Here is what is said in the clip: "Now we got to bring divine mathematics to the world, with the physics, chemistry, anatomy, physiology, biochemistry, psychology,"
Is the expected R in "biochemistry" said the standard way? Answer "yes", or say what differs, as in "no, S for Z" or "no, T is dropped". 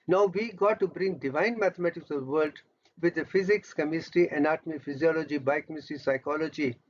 no, R is dropped